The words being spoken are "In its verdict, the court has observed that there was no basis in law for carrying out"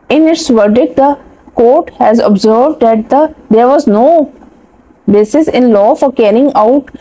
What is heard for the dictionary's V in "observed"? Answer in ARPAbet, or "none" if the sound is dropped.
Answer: V